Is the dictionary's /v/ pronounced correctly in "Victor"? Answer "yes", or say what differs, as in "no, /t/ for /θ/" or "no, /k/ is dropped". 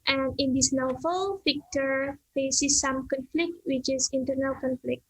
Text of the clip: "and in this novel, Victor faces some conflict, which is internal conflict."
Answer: no, /f/ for /v/